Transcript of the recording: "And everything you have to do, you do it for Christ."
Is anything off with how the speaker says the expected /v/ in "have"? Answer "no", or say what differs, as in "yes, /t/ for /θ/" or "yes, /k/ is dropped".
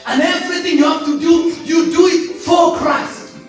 yes, /f/ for /v/